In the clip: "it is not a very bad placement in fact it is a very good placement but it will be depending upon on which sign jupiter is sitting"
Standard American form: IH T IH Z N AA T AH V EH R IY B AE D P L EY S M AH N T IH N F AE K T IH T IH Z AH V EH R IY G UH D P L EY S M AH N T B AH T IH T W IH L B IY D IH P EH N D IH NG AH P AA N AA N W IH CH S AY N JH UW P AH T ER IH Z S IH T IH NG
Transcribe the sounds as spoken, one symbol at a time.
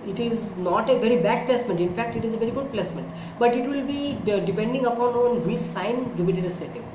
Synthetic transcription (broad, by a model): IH T IH Z N AA T AH V EH R IY B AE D P L EY S M AH N T IH N F AE K T IH T IH Z AH V EH R IY G UH D P L EY S M AH N T B AH T IH T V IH L B IY D IH P EH N D IH NG AH P AA N AA N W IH S S AY N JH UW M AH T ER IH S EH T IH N